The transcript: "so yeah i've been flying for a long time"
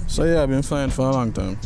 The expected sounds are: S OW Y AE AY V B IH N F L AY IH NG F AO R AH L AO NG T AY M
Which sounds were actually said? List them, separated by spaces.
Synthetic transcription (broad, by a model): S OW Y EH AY B IH N F AY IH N F AO R AH L AO NG T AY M